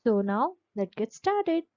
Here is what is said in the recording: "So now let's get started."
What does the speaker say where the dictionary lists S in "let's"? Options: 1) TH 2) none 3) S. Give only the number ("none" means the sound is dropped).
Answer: 2